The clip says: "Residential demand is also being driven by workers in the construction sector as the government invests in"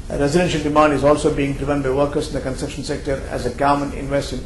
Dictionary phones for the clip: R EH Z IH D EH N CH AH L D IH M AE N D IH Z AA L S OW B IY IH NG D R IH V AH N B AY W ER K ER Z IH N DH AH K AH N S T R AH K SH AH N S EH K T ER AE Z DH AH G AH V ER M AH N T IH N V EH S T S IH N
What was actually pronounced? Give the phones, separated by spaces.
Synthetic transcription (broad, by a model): R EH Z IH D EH N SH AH L D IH M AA N D IH Z AA L S OW B IY IH NG D R IH V AH N B AY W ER K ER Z IH N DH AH K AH N S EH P SH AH N S EH K T ER AE Z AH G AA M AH N IH N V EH S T IH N